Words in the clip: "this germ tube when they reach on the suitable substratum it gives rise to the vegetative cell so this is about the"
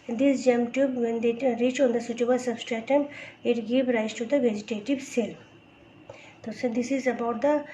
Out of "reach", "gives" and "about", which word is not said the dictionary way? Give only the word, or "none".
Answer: gives